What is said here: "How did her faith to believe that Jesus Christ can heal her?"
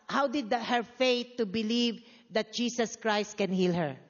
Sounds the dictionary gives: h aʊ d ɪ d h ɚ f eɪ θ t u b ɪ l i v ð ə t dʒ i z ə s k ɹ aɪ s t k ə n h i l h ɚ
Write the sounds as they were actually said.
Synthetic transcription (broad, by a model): h aʊ d ɪ d h ɚ f eɪ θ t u b ɪ l i v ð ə t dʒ i s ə s k ɹ aɪ s t k ə n h i l h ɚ